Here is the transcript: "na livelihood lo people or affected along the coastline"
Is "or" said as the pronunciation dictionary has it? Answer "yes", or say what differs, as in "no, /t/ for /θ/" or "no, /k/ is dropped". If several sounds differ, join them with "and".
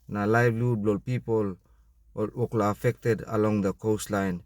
no, /l/ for /ɹ/